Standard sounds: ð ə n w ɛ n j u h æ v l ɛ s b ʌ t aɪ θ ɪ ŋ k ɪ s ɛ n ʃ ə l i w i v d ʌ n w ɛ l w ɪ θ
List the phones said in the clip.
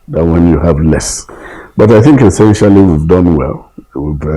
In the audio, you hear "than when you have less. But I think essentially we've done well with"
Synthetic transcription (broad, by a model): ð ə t w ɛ n j u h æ v l ɛ s b ʌ t aɪ θ ɪ ŋ k ɪ s ɛ n ʃ ə l i w i v d ʌ n w ɛ l w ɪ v